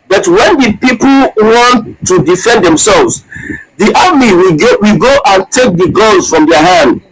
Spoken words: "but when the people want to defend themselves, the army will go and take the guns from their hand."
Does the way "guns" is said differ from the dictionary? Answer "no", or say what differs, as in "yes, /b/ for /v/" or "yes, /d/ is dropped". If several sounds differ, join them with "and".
yes, /l/ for /n/